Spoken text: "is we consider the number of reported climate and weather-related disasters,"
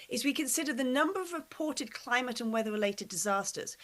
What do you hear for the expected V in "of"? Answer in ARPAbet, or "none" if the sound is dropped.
V